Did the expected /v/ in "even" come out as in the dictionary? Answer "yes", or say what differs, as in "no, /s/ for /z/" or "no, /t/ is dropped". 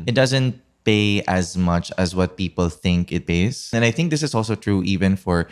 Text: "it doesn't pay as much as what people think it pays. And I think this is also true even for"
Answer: yes